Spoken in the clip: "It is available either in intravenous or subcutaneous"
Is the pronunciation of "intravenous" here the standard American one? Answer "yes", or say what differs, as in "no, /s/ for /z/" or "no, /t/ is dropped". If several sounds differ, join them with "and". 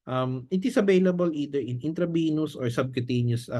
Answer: no, /b/ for /v/